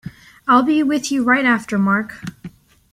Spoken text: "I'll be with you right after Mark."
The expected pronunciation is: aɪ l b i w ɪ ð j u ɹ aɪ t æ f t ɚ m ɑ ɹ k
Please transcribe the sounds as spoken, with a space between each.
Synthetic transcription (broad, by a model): aɪ l b i w ɪ ð j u ɹ aɪ t æ f t ɚ m ɑ ɹ k